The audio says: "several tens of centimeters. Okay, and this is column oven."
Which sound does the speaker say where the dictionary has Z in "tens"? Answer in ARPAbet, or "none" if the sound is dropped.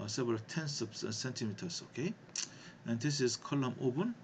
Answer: S